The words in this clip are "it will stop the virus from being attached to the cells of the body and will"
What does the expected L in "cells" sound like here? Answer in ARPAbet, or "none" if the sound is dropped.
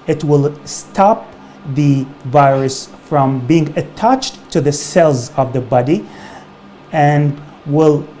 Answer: L